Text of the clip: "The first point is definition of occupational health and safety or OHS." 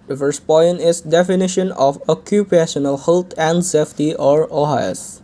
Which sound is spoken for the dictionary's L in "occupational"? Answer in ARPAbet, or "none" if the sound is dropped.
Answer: L